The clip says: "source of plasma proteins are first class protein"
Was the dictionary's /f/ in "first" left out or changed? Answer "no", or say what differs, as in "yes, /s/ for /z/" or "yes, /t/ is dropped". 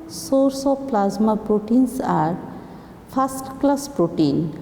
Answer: yes, /p/ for /f/